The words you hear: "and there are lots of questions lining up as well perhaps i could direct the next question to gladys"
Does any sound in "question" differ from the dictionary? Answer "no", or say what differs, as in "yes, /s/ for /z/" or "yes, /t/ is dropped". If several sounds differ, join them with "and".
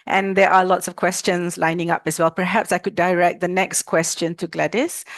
no